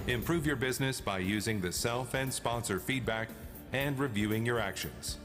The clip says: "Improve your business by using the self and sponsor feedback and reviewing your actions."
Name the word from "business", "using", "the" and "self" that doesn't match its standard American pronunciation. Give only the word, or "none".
none